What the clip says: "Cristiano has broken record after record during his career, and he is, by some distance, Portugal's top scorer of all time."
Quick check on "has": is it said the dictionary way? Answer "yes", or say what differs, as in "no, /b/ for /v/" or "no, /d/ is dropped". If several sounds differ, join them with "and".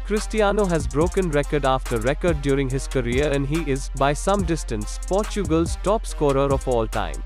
yes